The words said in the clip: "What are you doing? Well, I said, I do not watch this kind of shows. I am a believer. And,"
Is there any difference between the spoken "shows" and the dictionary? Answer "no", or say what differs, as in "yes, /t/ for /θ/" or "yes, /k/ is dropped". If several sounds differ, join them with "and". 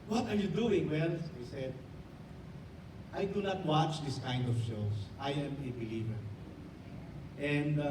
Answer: yes, /s/ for /z/